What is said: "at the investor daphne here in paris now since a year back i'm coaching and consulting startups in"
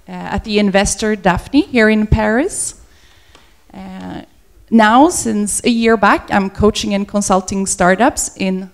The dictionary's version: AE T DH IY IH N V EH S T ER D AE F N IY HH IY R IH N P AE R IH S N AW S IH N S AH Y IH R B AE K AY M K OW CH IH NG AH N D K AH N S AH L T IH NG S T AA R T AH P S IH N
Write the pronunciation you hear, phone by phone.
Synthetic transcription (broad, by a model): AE T DH IY IH N V EH S T ER D AE F N IY HH IY R IH N P AE R IH S N AW S IH N S AH Y IH R B AE K AY M K OW CH IH NG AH N K AH N S AH L T IH NG S T AA R T AH P S IH N